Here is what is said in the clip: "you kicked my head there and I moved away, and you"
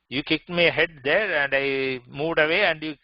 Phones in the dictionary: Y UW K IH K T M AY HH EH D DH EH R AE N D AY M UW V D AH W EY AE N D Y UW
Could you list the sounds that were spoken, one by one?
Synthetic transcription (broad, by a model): Y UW K IH K T M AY HH EH D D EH R AE N D AY M UW V D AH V EY AE N D Y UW